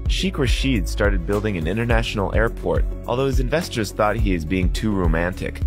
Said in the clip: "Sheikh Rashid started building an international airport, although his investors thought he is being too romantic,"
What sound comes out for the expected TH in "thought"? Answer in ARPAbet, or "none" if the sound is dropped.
TH